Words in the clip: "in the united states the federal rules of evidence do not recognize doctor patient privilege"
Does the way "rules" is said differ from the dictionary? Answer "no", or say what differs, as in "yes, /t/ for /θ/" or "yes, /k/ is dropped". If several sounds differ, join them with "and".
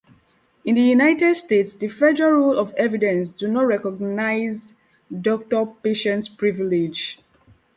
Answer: yes, /z/ is dropped